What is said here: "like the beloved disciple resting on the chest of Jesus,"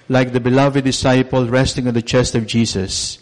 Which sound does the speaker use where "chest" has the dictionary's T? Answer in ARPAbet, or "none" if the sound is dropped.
T